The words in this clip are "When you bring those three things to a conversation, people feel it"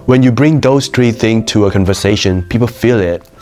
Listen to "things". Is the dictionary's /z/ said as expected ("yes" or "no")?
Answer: no